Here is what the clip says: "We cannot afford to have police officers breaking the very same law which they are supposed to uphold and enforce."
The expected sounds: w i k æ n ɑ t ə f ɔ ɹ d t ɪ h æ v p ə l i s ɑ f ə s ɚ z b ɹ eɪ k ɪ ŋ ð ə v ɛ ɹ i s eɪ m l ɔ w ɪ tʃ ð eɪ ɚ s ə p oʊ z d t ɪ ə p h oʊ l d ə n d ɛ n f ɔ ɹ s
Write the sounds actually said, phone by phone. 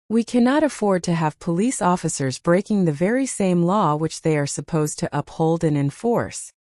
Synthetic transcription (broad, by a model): w i k æ n ɑ t ə f ɔ ɹ d t ɪ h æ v p ə l i s ɑ f ə s ɚ z b ɹ eɪ k ɪ ŋ ð ə v ɛ ɹ i s eɪ m l ɔ w ɪ tʃ ð eɪ ɚ s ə p oʊ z t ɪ ə p h oʊ l d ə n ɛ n f ɔ ɹ s